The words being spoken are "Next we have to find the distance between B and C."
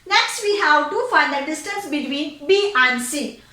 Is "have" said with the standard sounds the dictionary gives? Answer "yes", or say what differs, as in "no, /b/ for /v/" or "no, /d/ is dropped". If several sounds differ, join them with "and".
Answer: no, /w/ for /v/